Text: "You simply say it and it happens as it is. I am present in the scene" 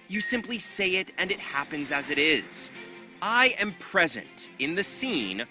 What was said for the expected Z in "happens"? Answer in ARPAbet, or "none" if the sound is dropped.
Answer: Z